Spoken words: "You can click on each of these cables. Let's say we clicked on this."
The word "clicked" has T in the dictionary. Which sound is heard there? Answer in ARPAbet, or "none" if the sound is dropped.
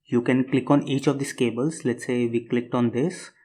T